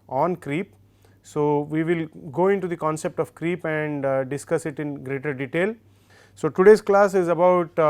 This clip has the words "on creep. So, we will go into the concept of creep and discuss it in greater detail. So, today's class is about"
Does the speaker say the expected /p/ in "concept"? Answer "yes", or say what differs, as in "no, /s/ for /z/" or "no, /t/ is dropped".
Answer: yes